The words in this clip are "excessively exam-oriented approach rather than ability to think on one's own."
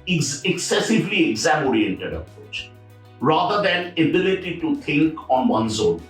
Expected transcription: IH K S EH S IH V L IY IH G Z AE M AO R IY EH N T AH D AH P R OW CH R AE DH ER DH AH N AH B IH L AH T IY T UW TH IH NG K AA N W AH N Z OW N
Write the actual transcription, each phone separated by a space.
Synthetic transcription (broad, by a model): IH K S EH S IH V L IY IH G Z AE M AO R IY EH N T AH D AH P R OW CH R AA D ER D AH N AH B IH L AH T IY T UW T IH NG K AA N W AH N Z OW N